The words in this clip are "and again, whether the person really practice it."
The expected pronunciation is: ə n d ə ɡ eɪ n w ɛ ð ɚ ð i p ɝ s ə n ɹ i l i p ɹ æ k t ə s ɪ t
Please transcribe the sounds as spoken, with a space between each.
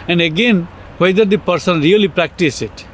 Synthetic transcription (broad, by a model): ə n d ə ɡ eɪ n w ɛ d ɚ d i p ɝ s ə n ɹ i l i p ɹ æ k t ə s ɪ t